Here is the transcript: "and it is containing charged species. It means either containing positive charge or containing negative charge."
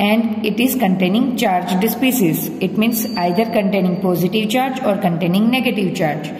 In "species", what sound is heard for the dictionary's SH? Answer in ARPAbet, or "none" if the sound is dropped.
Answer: S